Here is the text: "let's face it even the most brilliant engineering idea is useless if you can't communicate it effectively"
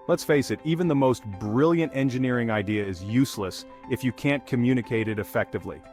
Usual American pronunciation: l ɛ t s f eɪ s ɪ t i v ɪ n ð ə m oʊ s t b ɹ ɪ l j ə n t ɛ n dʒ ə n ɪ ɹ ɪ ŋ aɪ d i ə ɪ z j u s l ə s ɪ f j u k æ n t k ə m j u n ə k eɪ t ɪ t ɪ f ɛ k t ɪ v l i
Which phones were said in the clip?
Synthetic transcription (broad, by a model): l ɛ t s f eɪ s ɪ t i v ɪ n ð ə m oʊ s t b ɹ ɪ l j ə n t ɛ n dʒ ə n ɪ ɹ ɪ ŋ aɪ d i ə ɪ z j u s l ə s ɪ f j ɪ k æ n k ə m j u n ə k eɪ t ɪ t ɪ f ɛ k t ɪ v l i